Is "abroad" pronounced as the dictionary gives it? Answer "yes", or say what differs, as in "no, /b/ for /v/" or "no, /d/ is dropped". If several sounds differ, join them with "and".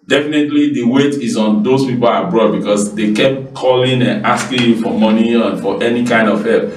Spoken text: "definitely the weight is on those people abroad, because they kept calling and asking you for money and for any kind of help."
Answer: yes